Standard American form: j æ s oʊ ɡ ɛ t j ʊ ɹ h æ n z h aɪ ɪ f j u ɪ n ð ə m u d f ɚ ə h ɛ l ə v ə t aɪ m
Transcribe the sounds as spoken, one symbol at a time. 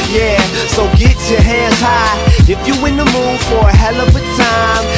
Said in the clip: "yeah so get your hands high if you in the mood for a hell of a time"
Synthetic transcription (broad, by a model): j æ s oʊ ɡ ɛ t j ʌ ɹ h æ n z h aɪ ɪ f j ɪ ɪ n ð ə m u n f ɚ ə h ɛ l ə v ə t aɪ m